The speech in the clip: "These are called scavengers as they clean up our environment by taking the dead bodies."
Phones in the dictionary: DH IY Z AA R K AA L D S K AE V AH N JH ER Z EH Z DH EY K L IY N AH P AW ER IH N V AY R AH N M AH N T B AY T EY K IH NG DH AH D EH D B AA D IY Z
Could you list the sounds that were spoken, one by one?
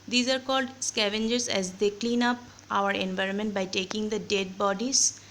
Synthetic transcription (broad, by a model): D IY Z AA R K AA L D S K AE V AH N JH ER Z EH Z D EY K L IY N AH P AW ER IH N V AY R AH N M AH N T B AY T EY K IH NG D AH D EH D B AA D IY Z